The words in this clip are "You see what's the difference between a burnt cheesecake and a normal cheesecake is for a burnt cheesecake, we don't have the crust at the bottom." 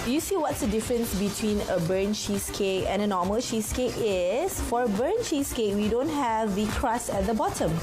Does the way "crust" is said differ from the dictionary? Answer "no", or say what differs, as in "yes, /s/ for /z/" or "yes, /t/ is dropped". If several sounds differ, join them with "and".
yes, /t/ is dropped